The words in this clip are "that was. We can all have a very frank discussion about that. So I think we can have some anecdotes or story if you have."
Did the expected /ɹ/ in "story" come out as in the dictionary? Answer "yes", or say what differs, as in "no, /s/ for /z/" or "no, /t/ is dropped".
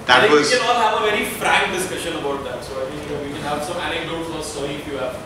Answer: no, /ɹ/ is dropped